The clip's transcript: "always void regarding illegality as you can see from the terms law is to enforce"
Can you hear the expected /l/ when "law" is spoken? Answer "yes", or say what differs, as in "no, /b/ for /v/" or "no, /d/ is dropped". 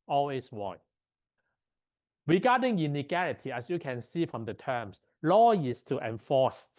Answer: yes